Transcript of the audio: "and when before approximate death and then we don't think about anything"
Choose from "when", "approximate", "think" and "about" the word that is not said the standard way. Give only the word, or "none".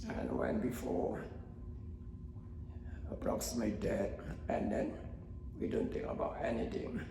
think